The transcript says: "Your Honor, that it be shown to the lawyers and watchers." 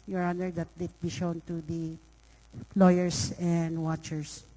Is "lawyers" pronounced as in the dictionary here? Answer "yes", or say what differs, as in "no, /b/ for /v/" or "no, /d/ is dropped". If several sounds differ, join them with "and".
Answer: no, /s/ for /z/